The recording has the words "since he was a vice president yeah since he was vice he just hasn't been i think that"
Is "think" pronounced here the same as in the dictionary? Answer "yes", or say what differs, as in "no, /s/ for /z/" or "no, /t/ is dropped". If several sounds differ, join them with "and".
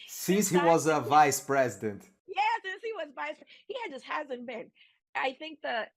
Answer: yes